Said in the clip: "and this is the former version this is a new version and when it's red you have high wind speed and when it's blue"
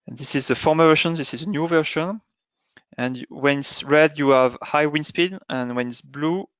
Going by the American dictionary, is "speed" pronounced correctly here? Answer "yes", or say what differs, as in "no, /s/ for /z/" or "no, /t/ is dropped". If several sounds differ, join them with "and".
yes